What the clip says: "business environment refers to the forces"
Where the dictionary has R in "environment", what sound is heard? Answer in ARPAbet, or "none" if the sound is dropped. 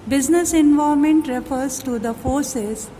none